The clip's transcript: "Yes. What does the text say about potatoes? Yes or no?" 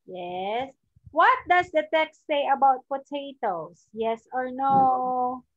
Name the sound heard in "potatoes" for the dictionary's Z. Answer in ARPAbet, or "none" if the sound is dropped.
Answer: S